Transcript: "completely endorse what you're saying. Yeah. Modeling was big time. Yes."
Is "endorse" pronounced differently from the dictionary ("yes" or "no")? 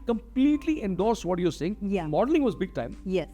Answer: no